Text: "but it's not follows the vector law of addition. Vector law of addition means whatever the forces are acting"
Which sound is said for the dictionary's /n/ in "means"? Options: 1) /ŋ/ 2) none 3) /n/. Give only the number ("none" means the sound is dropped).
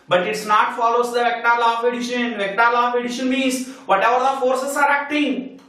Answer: 2